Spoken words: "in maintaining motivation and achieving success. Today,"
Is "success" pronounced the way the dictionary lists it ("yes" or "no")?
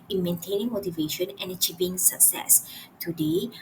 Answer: yes